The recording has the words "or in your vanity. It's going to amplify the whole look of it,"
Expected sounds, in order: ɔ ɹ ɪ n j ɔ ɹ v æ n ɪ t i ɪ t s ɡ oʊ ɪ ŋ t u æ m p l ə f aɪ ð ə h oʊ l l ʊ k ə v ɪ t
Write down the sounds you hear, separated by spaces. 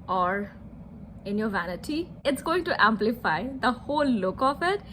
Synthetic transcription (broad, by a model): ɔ ɹ ɪ n j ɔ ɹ v æ n ɪ t i ɪ t s ɡ oʊ ɪ ŋ t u æ m p l ə f aɪ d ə h oʊ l l ʊ k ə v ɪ t